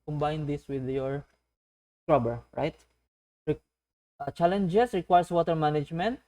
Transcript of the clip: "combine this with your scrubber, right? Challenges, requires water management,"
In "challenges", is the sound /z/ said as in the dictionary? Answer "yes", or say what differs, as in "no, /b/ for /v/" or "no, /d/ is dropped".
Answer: no, /s/ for /z/